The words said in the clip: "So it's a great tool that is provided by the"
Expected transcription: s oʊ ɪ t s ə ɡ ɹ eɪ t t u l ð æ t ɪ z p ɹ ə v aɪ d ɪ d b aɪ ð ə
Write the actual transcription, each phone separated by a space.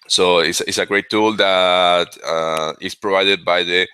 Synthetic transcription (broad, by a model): s oʊ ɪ s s ə ɡ ɹ eɪ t t u l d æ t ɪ s p ɹ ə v aɪ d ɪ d b aɪ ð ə